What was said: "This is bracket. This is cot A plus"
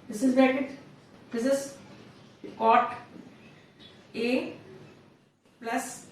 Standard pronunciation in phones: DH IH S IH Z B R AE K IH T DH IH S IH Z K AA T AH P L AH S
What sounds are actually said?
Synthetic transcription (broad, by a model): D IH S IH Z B AE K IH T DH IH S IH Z K AA T AH P L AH S